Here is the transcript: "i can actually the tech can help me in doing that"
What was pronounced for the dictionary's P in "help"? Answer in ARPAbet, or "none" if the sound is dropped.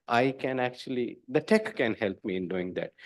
P